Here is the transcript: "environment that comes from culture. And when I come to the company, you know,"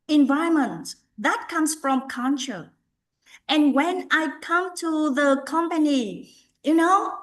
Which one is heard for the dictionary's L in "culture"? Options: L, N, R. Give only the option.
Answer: N